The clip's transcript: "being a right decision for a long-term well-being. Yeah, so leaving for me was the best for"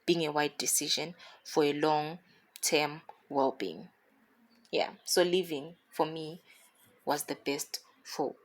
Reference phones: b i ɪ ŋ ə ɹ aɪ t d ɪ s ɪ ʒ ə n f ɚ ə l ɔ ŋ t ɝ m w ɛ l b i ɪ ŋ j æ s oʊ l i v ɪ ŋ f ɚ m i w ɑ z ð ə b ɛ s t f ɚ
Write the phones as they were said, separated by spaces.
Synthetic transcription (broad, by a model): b i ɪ ŋ ə w aɪ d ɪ s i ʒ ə n f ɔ ə l ɔ ŋ t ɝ m w ɛ l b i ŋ j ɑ s oʊ l i v ɪ ŋ f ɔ m i w ɑ z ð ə b ɛ s t f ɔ